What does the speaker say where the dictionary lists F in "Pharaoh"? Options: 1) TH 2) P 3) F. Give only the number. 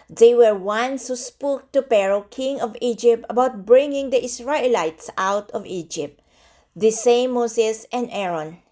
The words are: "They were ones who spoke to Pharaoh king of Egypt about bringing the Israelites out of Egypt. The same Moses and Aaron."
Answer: 2